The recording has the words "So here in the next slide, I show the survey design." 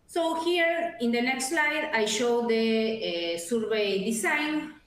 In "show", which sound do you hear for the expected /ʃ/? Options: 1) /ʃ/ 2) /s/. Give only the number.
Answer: 1